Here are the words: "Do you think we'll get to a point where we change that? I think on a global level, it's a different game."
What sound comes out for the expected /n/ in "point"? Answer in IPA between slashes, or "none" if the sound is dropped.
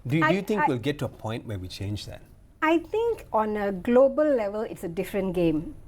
/n/